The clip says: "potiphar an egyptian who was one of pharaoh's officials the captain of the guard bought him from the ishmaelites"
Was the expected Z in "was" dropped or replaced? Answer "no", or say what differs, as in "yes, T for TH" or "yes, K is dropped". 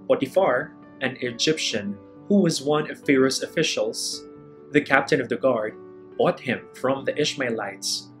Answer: no